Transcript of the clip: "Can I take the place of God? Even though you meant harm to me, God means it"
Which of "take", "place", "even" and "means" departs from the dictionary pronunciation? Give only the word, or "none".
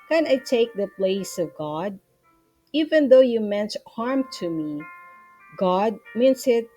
means